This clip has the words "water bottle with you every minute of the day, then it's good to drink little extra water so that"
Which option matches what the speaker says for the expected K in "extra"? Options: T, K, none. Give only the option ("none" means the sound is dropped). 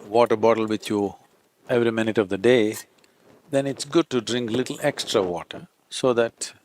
K